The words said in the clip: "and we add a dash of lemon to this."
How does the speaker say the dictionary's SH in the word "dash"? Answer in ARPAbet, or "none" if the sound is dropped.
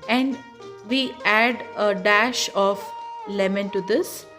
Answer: SH